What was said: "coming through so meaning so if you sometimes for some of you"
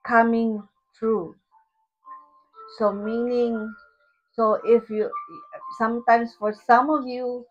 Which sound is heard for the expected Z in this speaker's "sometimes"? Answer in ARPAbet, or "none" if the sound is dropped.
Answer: S